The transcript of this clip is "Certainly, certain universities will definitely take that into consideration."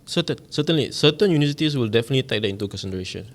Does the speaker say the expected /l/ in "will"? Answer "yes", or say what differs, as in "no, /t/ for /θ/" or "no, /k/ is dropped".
yes